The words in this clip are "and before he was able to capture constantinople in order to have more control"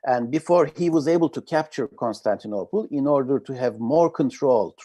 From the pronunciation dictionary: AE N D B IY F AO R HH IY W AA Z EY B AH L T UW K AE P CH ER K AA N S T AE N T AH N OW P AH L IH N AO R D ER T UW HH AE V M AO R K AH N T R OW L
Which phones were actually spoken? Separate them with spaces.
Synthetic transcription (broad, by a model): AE N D B IY F AO R HH IY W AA Z EY B AH L T UW K AE P CH ER K AA N S T AE N T AH N OW P AH L IH N AO R D ER T UW HH AE V M AO R K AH N T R OW L